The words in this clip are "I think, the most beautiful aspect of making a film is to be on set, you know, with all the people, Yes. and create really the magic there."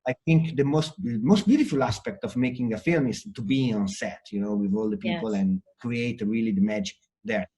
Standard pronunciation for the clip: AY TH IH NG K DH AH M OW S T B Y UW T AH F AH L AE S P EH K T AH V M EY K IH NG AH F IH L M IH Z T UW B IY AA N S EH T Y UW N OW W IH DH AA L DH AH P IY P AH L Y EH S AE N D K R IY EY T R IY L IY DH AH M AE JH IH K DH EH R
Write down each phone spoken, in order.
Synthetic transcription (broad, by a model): AY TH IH NG K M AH M OW S T B Y UW T AH F AH L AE S P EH K T AH V M EY K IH NG AH F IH L M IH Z T UW B IY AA N S EH T Y UW N OW W IH DH AA L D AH P IY P AH L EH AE N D K R IY EY T R IY L IY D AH M AE JH IH K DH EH R